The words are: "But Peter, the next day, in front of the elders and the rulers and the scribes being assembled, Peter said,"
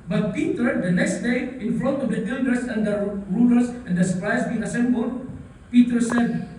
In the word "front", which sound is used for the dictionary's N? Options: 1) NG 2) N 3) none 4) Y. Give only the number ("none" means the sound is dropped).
3